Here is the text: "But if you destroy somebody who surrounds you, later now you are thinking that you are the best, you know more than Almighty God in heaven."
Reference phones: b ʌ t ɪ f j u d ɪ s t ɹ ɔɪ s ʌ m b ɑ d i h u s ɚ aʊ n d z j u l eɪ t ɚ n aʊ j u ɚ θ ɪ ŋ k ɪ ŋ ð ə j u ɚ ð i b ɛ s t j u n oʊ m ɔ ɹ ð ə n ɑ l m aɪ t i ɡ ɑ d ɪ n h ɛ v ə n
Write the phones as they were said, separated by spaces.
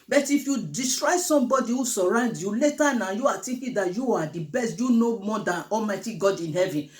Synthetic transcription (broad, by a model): b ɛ t ɪ f j u d ɪ s t ɹ ɔɪ s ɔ m b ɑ d i h u s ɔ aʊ n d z j u l eɪ t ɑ n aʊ j u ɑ t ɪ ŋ k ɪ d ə j u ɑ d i b ɛ s t j u n oʊ m ɔ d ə n ɑ l m aɪ t i ɡ ɑ d ɪ n h ɛ v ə n